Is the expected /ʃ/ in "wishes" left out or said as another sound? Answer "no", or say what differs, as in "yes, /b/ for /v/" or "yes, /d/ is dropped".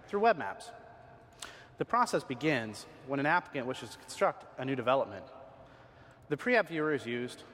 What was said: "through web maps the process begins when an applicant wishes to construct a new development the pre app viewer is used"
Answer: no